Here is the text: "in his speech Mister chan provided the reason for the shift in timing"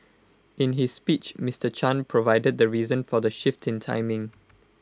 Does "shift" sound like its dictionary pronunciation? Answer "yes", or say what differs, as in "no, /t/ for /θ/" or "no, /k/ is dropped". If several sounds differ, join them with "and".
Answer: yes